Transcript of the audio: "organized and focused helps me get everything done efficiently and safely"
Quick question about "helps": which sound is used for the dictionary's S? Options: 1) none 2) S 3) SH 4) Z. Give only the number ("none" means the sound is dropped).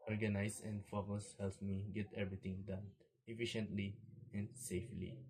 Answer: 1